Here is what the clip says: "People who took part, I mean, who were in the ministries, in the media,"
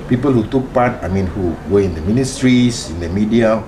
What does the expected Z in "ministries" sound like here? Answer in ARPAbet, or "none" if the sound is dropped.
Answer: S